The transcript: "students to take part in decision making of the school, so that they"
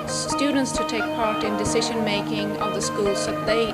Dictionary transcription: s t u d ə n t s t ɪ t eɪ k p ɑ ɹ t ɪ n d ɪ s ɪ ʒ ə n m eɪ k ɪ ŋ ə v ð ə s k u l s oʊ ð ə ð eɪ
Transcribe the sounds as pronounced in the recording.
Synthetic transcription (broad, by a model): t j u d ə n t s t ɪ t eɪ k p ɑ ɹ t ɪ n d ɪ s ɪ ʒ ə n m eɪ k ɪ ŋ ə v ð ə s k u l s oʊ ð ə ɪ